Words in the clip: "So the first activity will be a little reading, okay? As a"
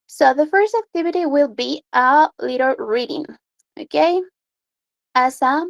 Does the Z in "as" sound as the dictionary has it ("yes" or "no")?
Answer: no